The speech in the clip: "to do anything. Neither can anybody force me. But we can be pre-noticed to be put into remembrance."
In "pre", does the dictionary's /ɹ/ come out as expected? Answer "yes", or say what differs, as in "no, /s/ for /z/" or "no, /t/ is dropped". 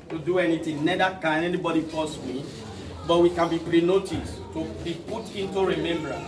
yes